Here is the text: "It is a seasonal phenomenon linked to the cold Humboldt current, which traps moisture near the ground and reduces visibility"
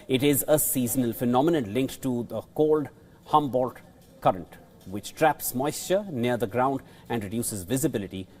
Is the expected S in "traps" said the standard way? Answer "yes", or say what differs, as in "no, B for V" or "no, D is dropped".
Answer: yes